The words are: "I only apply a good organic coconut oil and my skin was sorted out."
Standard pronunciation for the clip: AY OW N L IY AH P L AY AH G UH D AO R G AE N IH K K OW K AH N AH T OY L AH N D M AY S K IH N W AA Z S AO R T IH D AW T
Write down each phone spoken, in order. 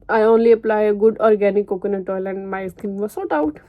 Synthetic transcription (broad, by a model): AY OW N L IY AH P L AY AH G UH D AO R G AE N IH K K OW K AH N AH T OY L AH N D M AY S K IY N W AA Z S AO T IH UH T